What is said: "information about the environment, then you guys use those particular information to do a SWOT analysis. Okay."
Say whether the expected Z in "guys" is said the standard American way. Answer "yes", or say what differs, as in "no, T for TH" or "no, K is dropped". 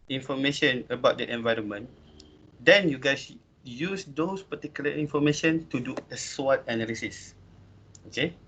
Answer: no, S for Z